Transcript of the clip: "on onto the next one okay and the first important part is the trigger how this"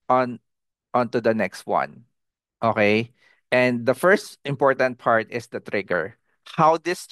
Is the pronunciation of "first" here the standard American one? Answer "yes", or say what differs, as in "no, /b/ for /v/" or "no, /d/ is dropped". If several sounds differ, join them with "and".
yes